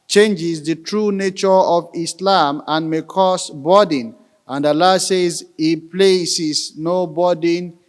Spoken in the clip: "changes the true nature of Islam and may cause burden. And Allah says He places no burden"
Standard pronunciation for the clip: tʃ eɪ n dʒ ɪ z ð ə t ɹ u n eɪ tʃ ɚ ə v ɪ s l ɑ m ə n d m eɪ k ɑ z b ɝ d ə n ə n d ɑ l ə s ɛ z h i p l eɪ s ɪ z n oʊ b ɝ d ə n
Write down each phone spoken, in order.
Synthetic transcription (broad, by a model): tʃ eɪ n dʒ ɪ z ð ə t ɹ u n eɪ tʃ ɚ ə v ɪ s l ɑ m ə n m eɪ k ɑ s b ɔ d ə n ə n d ɑ l ə s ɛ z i p l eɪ s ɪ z n oʊ b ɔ d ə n